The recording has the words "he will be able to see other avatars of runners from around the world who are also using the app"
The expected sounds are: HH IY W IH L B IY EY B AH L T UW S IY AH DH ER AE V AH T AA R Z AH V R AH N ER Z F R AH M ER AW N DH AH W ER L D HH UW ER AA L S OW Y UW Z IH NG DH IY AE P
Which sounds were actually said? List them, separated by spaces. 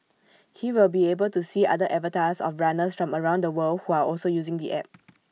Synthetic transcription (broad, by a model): HH IY W IH L B IY EY B AH L T UW S IY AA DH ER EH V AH T AA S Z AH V R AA N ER S F R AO M ER AW N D AH W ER L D HH UW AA AA L S OW Y UW Z IH NG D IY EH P